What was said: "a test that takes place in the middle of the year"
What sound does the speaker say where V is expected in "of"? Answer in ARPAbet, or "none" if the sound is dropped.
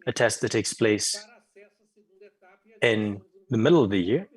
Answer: V